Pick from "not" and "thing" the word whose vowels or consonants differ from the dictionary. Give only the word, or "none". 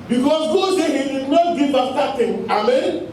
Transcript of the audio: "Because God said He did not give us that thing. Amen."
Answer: thing